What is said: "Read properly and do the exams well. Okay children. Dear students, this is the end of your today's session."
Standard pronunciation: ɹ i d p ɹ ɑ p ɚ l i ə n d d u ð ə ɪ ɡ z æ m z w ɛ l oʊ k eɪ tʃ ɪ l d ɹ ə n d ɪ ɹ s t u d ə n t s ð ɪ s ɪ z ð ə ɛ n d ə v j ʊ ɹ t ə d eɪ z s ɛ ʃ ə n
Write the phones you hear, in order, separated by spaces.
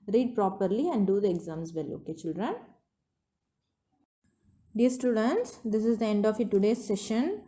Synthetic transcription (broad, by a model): ɹ i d p ɹ ɑ p ɚ l i ə n d d u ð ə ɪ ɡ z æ m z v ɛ l oʊ k eɪ tʃ ɪ l d ɹ ə n d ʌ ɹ s t u d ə n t s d ɪ s ɪ z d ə ɛ n d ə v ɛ t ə d eɪ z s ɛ ʃ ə n